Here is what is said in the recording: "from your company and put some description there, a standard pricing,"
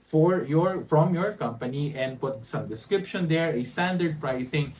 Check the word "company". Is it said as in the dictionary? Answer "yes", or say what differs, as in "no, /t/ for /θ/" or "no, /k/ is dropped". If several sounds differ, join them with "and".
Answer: yes